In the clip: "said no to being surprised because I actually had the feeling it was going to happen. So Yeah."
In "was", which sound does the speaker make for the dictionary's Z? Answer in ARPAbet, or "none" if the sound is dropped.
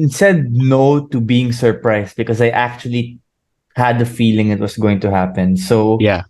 S